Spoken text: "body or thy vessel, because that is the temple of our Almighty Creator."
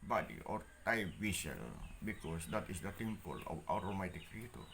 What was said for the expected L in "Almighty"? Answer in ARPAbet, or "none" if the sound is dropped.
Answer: none